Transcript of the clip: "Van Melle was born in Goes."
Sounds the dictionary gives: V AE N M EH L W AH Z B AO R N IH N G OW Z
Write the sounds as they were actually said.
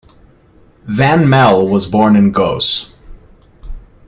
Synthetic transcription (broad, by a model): V AE N M EH L W AH Z B AO R N IH N G OW S